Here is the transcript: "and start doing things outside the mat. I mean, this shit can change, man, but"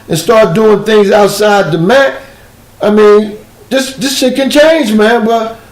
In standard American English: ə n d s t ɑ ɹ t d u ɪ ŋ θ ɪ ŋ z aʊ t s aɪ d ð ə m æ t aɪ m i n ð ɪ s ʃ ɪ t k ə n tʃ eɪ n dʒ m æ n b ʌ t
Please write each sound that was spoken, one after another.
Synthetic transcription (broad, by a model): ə n s t ɑ ɹ t d u ɪ ŋ θ ɪ ŋ z aʊ t s aɪ d ð ə m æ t aɪ m i n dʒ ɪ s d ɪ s k ə n tʃ eɪ n dʒ m æ n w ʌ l